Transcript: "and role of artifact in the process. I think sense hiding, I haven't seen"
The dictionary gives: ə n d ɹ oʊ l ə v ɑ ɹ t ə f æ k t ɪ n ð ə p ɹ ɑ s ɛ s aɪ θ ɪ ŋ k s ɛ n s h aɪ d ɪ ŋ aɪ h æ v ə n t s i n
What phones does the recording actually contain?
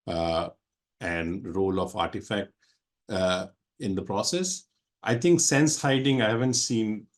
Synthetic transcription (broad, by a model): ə n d ɹ oʊ l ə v ɑ ɹ t ə f æ k t ɪ n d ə p ɹ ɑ s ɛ s aɪ t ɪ ŋ k s ɛ n s h aɪ d ɪ ŋ aɪ h æ v ə n t s i n